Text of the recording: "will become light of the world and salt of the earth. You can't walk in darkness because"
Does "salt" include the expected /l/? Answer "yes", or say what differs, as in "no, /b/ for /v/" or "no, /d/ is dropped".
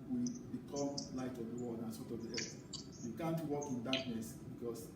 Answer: no, /l/ is dropped